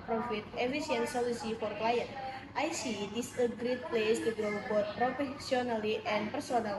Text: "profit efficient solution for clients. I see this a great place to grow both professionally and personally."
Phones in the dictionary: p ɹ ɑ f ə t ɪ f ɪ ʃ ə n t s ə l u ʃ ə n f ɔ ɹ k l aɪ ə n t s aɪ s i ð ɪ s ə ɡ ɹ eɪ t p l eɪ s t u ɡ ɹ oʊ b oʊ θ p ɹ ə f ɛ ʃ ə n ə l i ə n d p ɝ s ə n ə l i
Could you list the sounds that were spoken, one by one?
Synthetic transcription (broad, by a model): p ɹ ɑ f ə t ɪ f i s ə n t s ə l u s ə f ɔ ɹ k l aɪ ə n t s aɪ s i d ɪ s ə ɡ ɹ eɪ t p l eɪ s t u ɡ ɹ oʊ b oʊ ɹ p ɹ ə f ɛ s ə n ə l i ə n p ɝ s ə n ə l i